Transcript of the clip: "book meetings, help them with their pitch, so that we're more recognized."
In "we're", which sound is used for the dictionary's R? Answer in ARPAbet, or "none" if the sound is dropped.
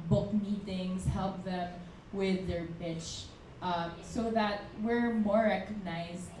R